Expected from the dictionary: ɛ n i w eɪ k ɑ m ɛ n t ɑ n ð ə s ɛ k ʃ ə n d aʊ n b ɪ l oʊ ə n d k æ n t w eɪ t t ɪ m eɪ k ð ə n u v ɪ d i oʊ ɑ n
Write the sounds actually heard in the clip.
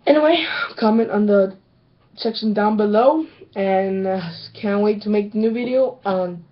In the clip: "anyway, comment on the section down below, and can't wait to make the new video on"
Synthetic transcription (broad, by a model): ɛ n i w eɪ k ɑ m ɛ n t n ð ə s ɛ k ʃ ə n d aʊ n b ɪ l oʊ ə n k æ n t w eɪ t t ɪ m eɪ k ð ə n u v ɪ d i oʊ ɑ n